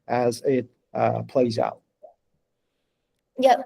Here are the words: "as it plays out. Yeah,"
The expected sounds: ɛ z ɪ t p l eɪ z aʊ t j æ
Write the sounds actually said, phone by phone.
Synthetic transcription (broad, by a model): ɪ z ɪ t p l eɪ z aʊ t j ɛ